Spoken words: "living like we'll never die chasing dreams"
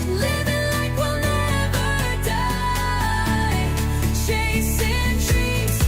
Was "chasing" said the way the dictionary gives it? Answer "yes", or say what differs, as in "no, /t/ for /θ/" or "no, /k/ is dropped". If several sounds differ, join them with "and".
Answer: no, /ʃ/ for /tʃ/